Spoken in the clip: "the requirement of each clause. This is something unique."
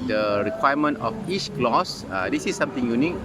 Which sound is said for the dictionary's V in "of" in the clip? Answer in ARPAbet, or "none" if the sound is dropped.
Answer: F